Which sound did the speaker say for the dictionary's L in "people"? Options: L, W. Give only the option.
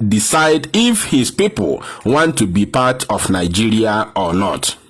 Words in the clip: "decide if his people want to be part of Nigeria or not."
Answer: L